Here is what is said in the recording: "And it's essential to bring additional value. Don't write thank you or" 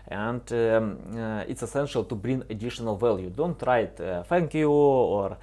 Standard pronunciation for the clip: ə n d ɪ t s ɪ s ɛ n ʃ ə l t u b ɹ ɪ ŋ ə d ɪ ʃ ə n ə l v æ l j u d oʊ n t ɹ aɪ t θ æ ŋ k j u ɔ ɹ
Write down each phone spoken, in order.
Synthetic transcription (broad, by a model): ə n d ɪ t s ɪ s ɛ n ʃ ə l t u b ɹ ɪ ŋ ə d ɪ ʃ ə n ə l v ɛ l j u d oʊ n t ɹ aɪ t f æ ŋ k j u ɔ ɹ